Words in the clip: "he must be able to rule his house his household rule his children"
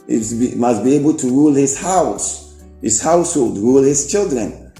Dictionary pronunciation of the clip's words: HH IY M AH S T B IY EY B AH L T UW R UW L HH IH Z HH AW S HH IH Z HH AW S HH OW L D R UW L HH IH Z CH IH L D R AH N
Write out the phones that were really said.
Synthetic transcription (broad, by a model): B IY M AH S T B IY EY B AH L T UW R UW L HH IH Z HH AW S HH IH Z HH AW S HH OW L D R UW L HH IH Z CH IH L D R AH N